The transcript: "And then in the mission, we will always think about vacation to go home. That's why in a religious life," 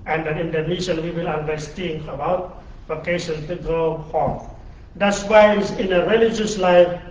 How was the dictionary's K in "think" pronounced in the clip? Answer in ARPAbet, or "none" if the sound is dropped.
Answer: none